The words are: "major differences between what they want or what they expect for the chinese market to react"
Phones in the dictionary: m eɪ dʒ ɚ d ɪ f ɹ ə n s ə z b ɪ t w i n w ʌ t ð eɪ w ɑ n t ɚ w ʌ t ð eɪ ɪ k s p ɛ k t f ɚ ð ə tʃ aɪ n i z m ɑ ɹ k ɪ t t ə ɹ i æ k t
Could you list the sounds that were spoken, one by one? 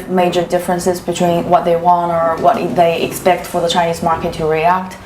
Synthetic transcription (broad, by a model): m eɪ dʒ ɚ d ɪ f ɹ ə n s ə z b ɪ t w i n w ʌ t ð eɪ w ɑ n t ɚ w ʌ t ð eɪ ɪ k s p ɛ k t f ɚ ð ə tʃ aɪ n i z m ɑ ɹ k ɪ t t ə ɹ i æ k t